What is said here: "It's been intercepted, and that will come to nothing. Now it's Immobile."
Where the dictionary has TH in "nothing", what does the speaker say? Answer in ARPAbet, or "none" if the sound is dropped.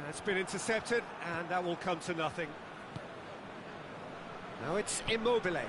TH